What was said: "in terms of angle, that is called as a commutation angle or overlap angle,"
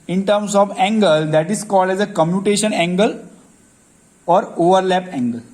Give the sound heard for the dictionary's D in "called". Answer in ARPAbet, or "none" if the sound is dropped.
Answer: D